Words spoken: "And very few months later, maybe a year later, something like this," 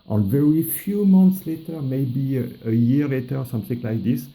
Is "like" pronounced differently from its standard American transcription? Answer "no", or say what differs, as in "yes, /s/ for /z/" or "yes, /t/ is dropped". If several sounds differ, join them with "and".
no